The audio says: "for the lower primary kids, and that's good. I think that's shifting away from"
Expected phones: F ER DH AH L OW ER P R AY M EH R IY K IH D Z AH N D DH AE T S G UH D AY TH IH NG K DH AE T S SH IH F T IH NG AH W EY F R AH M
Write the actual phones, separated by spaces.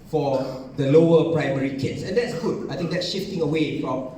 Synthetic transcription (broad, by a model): F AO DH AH L OW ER P R AY M EH R IY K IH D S AH N D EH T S G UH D AY T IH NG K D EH T S SH IH F T IH NG AH W EY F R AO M